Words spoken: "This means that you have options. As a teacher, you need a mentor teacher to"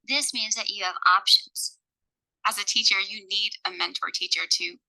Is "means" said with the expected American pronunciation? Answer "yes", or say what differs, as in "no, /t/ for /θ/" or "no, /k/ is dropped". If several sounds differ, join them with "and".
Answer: yes